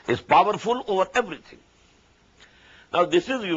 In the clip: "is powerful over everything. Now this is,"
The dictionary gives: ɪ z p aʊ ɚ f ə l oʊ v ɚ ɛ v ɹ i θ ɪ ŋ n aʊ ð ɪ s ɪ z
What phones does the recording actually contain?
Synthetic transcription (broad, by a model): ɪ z p aʊ ɚ f ə l oʊ v ɚ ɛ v ɹ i t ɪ ŋ n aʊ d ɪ s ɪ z